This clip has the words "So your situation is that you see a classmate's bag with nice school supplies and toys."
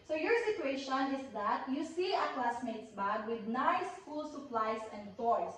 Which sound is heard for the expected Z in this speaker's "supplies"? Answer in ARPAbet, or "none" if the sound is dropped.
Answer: S